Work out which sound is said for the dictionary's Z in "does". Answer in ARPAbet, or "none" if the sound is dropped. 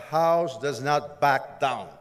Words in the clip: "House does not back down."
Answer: Z